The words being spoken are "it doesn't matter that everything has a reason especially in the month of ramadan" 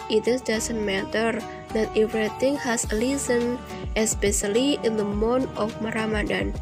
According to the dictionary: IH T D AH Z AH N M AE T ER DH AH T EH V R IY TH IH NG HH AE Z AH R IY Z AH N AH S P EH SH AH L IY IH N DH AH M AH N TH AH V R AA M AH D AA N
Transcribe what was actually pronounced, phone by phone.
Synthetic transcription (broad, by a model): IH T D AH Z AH N M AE T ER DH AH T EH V R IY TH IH NG HH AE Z AH L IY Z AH N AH S P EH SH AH L IY IH N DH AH M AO N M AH R AA M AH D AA N